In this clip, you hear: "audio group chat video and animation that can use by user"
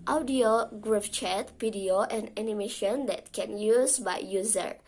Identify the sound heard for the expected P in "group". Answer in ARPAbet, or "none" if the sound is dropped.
F